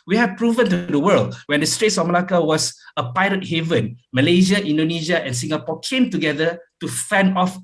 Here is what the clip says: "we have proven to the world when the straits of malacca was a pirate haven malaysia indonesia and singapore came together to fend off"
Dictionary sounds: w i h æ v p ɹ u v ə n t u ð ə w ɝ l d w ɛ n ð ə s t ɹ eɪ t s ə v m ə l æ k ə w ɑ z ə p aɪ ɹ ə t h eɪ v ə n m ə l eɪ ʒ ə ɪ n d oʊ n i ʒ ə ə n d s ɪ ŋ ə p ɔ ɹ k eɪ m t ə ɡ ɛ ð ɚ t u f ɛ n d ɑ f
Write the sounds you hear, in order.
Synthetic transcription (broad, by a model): w i h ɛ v p ɹ u v ə n t u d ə w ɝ l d w ɛ n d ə s t ɹ eɪ t s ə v m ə l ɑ k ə w ɑ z ə p aɪ ɹ ə t h eɪ v ə n m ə l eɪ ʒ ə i n d oʊ n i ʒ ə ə n s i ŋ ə p ɔ k eɪ m t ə ɡ ɛ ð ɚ t u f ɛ n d ɑ f